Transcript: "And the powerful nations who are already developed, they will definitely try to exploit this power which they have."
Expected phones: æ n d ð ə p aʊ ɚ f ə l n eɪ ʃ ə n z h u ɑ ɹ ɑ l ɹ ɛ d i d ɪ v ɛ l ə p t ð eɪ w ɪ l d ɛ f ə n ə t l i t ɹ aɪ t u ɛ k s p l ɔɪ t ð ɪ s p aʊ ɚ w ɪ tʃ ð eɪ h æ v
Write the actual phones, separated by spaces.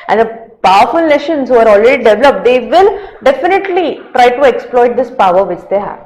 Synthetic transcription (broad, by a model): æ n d ə p aʊ ɚ f ə l n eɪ ʃ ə n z h u ɑ ɹ ɑ l ɹ ɛ d i d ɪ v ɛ l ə p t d eɪ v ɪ l d ɛ f ə n ə t l i t ɹ aɪ t u ɛ k s p l ɔɪ t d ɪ s p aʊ ɚ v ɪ tʃ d eɪ h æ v